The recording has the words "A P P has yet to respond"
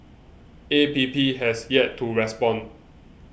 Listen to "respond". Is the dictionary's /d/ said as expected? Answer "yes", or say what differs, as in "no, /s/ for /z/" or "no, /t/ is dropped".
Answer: no, /d/ is dropped